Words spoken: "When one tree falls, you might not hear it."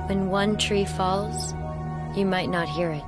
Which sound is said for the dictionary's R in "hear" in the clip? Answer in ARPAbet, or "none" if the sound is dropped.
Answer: R